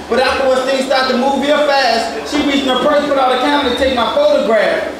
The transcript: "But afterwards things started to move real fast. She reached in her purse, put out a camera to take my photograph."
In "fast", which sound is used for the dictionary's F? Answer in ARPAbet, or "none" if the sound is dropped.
F